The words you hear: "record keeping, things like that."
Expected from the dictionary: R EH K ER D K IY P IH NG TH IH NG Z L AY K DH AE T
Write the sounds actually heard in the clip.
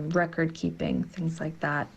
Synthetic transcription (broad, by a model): R EH K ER D K IY P IH NG TH IH NG Z L AY K DH AE T